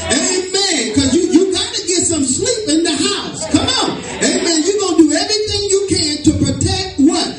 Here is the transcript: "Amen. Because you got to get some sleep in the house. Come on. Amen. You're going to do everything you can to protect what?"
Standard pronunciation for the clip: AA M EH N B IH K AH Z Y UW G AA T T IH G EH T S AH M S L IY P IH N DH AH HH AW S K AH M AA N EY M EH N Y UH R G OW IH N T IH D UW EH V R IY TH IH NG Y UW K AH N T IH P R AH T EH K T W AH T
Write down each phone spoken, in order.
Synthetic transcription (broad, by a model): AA M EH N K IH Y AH Y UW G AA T T IH G EH T S AH M S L IY P IH N DH AH HH AW S K AH M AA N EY M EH N Y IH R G OW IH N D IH EH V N IY TH IH NG Y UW K AH N T IH P R AH T EH K T W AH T